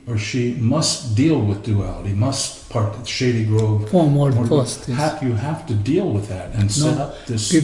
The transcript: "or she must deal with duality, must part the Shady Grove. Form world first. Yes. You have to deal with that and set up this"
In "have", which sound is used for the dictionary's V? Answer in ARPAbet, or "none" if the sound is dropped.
F